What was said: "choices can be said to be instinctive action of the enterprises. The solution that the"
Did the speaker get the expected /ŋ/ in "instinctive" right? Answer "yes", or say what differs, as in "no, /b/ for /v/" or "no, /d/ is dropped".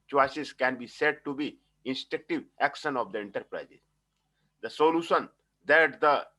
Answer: no, /ŋ/ is dropped